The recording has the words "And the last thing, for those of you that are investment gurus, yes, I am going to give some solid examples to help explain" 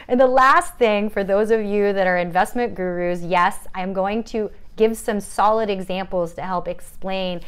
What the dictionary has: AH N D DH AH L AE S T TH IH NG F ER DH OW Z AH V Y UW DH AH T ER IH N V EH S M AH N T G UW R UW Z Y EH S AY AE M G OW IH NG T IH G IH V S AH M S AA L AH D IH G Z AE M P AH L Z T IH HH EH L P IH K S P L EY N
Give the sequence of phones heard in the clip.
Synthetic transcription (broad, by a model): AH N DH AH L AE S T TH IH NG F ER DH OW Z AH V Y UW DH AH T ER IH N V EH S M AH N G UW R UW Z Y EH S AY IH M G OW IH NG T IH G IH V S AH M S AA L AH D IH G Z AE M P L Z T IH HH EH L P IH K S P L EY N